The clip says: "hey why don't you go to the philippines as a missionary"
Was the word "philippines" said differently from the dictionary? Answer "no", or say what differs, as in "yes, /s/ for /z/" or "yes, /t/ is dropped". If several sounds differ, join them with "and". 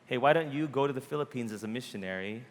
no